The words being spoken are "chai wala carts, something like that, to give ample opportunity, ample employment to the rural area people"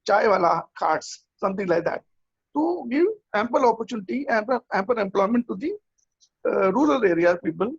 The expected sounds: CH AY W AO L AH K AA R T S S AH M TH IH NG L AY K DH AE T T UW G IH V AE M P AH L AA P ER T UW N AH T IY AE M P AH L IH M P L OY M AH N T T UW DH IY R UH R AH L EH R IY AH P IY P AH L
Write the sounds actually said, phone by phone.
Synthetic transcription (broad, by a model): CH AY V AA L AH K AA R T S S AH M T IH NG L AY K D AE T T UW G IH V AE M P AH L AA P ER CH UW N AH T IY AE M P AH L IH M P L OY M AH N T T UW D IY R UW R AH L EH R IY AH P IY P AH L